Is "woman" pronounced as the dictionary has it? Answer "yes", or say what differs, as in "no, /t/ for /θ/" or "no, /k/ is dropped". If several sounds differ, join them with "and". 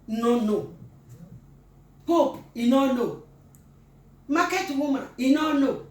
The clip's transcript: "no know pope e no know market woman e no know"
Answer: no, /n/ is dropped